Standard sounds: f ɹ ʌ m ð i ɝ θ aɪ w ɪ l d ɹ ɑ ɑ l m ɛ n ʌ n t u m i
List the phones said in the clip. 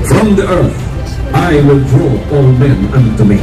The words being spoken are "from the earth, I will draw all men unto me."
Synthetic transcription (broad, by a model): f ɹ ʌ m ð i ɝ θ aɪ w ɪ l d ɹ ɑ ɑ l m ɛ n ʌ n t u m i